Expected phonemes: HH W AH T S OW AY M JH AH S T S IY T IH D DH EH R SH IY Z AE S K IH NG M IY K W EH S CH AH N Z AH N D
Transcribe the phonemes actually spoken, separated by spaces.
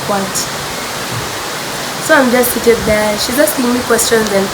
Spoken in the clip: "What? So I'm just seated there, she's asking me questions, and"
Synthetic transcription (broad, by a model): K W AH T S OW AY M JH AH S T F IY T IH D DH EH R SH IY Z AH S IH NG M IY K W EH S CH AH N Z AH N